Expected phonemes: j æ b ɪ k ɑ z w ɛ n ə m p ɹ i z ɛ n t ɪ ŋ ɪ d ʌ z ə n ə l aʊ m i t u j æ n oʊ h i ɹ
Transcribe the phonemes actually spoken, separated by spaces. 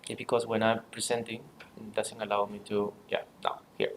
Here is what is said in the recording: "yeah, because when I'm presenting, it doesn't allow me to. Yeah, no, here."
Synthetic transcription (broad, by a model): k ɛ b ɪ k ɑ s w ɛ n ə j p ɹ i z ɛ n t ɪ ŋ d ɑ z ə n ə l aʊ m i t u j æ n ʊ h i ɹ